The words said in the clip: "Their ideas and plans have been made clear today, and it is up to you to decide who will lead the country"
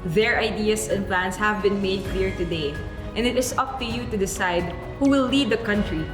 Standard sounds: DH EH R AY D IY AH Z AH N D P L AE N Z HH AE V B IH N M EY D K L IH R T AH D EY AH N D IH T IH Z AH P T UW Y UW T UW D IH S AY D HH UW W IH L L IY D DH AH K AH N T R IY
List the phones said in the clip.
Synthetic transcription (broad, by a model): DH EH R AY D IY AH S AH N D P L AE N S HH AE V B IH N M EY D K L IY R T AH D EY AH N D IH T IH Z AH P T UW Y UW T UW D IH S AY D HH UW W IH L L IY D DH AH K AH N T R IY